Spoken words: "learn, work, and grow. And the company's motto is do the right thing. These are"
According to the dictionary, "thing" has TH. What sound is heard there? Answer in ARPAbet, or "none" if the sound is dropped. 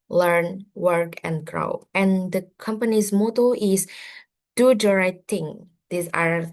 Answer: T